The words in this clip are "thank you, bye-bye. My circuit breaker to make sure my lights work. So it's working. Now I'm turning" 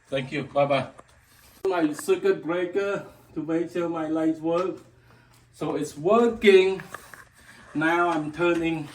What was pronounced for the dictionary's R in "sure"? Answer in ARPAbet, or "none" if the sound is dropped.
L